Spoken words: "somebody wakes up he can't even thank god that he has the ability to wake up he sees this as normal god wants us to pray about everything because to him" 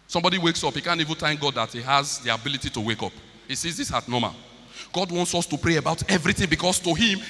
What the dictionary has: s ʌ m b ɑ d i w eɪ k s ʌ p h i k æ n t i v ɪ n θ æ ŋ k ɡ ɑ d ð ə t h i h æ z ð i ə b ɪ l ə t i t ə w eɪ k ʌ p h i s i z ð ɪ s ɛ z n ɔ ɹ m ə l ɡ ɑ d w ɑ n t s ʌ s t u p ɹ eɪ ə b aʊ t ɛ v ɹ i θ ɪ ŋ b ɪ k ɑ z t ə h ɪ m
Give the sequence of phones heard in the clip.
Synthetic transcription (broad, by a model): s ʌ m b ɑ d i w eɪ k s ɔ p h i k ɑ n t i v ɪ n t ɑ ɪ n ɡ ɑ d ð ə t h i h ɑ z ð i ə b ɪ l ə t i t ə w eɪ k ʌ p h i s i z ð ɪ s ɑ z n ɔ m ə l ɡ ɑ d w ɑ n t s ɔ s t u p ɹ eɪ ə b aʊ t ɛ v ɹ i θ ɪ ŋ b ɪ k ɑ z t ə h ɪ m